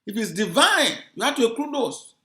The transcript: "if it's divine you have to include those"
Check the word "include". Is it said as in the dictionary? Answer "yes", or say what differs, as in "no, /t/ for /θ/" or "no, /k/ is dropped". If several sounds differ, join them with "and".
no, /n/ is dropped